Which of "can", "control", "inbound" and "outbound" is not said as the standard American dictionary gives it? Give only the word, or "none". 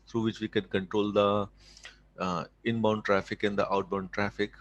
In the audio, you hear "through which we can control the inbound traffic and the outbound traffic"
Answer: none